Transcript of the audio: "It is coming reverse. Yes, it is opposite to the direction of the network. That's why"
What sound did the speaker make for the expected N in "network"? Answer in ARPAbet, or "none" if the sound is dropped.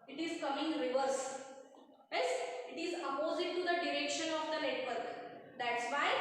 L